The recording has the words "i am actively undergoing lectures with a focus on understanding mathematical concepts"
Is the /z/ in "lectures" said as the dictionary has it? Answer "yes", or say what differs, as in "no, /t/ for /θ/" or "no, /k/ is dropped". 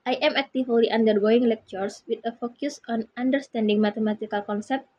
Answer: no, /s/ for /z/